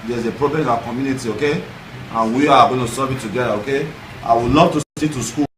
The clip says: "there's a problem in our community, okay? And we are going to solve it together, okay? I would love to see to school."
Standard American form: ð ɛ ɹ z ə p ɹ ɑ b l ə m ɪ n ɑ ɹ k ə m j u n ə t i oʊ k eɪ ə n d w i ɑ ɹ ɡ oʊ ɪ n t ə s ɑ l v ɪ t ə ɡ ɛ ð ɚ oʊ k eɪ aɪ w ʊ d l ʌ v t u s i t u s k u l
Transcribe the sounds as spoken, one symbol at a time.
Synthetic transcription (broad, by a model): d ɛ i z ə p ɹ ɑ b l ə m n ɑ k ə m j u n ə t i oʊ k eɪ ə n w i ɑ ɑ ɡ oʊ ɪ n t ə s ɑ v ɪ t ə ɡ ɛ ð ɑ oʊ k eɪ aɪ w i l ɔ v t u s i t u s k u